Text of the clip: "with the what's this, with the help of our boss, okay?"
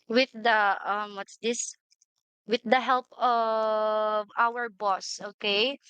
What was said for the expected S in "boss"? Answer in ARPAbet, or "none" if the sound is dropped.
S